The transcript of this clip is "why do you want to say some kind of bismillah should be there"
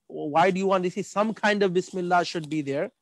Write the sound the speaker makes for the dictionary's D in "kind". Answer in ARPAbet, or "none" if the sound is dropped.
D